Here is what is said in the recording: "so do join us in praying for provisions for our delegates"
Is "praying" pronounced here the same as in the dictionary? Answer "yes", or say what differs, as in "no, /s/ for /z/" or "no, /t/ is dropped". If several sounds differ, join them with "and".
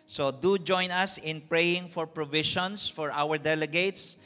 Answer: yes